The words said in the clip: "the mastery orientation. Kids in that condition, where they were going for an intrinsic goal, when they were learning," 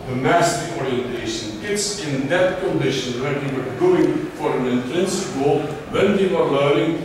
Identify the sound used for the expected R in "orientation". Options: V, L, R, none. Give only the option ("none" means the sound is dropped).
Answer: R